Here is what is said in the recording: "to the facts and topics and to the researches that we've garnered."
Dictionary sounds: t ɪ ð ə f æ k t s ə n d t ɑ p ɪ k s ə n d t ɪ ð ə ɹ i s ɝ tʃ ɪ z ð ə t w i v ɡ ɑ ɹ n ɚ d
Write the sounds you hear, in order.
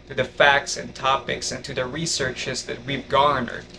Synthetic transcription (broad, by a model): t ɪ ð ə f æ k t s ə n t ɑ p ɪ k s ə n t ɪ ð ə ɹ i s ɝ tʃ ɪ z ð ə t w i v ɡ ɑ n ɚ